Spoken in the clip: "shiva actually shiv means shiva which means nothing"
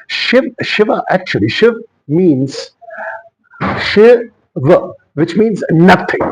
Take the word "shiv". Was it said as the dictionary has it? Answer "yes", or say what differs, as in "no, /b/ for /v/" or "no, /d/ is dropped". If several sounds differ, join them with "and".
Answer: yes